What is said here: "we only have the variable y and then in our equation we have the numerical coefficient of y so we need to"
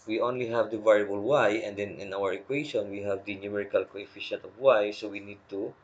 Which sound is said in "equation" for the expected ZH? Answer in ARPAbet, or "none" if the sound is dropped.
SH